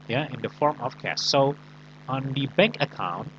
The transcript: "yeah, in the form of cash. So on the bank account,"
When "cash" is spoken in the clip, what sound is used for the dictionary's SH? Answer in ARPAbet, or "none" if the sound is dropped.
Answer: S